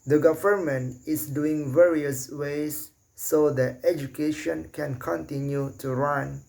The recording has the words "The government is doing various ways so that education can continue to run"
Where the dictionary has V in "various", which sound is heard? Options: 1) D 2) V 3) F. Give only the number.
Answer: 2